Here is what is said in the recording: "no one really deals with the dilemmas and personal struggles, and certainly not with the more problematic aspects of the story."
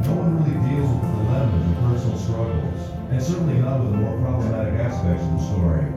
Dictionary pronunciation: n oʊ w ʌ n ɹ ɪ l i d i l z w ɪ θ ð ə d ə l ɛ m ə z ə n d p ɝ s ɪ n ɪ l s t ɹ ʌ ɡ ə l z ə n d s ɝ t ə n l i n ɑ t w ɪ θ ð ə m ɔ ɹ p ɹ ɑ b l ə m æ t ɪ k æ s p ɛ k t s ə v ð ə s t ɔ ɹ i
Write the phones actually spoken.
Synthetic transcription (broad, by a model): n oʊ w ʌ n ɹ ɪ l i d i l z w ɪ ð ə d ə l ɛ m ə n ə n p ɝ s n l s t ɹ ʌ ɡ l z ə n s ɝ t n l i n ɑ t w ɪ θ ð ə m ɔ ɹ p ɹ ɑ b l ə m æ t ɪ k æ s p ɛ k t s ə v ð ə s t ɔ ɹ i